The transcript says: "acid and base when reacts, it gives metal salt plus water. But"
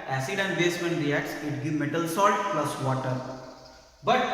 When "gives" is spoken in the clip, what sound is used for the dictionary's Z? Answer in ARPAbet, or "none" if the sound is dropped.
none